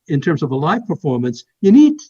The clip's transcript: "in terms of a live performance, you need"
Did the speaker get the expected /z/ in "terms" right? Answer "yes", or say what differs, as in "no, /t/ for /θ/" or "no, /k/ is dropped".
yes